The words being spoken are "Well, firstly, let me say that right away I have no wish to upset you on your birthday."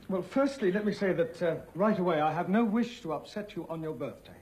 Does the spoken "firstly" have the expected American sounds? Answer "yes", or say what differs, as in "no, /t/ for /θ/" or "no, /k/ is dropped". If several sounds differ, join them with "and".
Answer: yes